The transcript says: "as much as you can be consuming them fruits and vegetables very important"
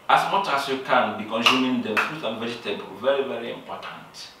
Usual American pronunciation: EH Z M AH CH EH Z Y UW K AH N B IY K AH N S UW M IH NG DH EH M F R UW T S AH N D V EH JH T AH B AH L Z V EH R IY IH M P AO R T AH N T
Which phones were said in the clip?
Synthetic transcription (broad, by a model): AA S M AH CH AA S Y UW K AH N B IY K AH N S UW M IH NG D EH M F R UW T AH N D V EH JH T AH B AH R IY V EH R IY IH M P AO T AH N T